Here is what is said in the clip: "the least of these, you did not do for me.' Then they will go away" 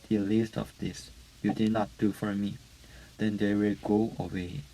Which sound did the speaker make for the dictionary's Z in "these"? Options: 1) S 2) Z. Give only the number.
1